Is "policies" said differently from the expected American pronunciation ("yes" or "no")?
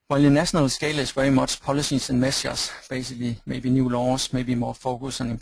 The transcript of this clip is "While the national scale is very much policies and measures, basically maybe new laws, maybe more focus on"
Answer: yes